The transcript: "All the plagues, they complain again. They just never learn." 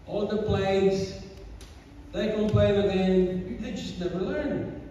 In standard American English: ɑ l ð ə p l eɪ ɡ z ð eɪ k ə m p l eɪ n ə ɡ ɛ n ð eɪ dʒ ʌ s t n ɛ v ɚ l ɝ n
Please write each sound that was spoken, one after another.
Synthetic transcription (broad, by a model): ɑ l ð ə p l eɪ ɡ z ð eɪ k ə p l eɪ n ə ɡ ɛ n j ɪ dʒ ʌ s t n ɛ v ɚ l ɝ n